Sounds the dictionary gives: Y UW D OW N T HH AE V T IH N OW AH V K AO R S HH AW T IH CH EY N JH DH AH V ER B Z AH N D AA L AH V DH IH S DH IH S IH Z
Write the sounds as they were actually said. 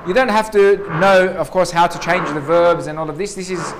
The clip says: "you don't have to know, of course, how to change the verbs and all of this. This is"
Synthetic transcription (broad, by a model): Y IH D OW N T HH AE F T IH N OW AH V K AO R S HH AW T IH CH EY N JH DH AH V ER B Z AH N AA L AH V DH IH S DH IH S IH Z